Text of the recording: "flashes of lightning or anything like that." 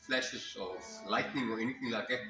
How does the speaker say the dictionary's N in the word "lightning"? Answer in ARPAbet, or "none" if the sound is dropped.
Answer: N